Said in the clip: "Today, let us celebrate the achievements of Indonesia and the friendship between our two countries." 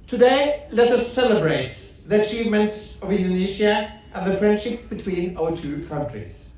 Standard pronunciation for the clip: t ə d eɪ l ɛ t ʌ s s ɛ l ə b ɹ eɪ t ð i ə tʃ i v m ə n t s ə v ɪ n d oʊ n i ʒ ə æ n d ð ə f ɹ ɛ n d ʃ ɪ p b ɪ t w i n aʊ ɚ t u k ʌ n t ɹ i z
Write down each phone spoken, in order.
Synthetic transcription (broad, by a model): t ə d eɪ l ɛ t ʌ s s ɛ l ə b ɹ eɪ t ð i ə tʃ i v m ə n t s ə v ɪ n d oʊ n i ʃ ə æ n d ð ə f ɹ ɛ n d ʃ ɪ p b ɪ t w i n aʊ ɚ t u k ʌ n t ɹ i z